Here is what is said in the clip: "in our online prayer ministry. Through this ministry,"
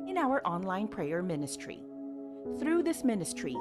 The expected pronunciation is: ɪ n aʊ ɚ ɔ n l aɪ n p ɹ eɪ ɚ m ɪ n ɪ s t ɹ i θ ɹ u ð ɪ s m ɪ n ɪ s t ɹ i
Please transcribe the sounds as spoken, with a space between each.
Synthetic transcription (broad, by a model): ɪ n aʊ ɚ ɔ n l aɪ n p ɹ eɪ ɚ m ɪ n ɪ s t ɹ i θ ɹ u ð ɪ s m ɪ n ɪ s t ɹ i